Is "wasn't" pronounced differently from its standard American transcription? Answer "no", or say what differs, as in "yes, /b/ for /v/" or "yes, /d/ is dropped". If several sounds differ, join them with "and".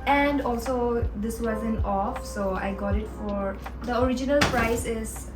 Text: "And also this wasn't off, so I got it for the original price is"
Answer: yes, /t/ is dropped